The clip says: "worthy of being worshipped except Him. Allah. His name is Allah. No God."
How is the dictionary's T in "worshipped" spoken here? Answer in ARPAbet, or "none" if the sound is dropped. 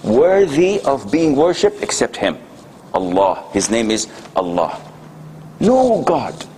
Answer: T